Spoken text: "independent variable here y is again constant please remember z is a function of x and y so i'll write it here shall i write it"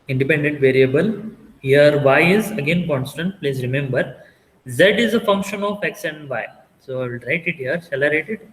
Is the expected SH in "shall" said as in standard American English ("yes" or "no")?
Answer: no